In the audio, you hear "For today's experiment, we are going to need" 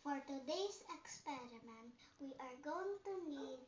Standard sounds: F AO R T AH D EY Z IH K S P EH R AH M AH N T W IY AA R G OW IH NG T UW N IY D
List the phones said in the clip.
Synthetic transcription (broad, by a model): F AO R T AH D EY S IH K S P EH R AH M AH N T W IY AA R G OW IH NG T UW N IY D